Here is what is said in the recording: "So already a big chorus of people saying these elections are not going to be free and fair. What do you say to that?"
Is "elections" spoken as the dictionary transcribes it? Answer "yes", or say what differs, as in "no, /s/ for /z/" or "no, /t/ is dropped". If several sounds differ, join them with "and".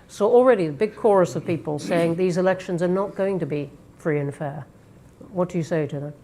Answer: yes